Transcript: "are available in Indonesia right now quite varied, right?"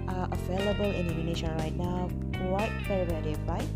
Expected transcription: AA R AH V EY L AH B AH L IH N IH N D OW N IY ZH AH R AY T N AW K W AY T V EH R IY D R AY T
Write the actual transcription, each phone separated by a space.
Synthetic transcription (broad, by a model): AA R AH V EY L AH B AH L IH N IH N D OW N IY SH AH R AY T N AW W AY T F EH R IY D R AY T